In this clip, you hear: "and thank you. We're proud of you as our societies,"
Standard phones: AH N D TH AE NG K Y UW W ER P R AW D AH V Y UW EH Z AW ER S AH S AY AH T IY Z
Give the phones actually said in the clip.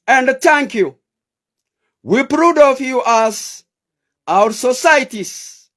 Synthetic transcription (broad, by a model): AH N D T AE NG K Y UW W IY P R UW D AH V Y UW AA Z AW ER S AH S AY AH T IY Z